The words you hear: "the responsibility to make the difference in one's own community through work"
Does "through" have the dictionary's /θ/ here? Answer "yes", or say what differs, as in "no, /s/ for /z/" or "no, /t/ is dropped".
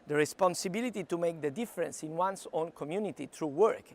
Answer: no, /t/ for /θ/